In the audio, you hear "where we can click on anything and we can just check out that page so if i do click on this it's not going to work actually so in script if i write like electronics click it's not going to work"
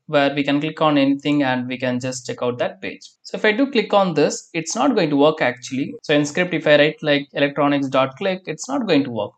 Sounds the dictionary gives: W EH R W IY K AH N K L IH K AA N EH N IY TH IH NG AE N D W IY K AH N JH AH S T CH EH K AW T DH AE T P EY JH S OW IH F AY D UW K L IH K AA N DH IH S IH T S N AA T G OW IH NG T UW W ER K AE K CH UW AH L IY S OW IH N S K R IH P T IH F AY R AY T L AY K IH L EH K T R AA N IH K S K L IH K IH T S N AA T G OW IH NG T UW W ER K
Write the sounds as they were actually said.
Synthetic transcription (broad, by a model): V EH R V IY K AH N K L IH K AA N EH N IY T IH NG AE N D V IY K AH N JH AH S T CH EH K AW T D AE T P EY JH S OW IH F AY D UW K L IH K AA N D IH S IH T S N AA T G OW IH NG T UW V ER K AE K CH UW AH L IY S OW IH N S K R IH P T IH F AY R AY T L AY K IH L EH K T R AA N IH K S K L IH K IH T S N AA T G OW IH NG T UW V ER K